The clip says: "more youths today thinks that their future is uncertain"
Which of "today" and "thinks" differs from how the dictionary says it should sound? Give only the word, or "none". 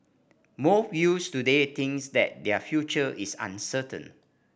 thinks